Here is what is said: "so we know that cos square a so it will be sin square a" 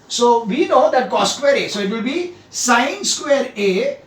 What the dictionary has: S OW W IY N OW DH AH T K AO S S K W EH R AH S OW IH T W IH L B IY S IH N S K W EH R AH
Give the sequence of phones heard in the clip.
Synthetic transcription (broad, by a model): S OW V IY N OW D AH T K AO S S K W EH R AH S OW IH T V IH L B IY S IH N S K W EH R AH